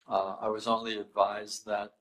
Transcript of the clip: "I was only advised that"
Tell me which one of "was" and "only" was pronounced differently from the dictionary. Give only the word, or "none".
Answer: none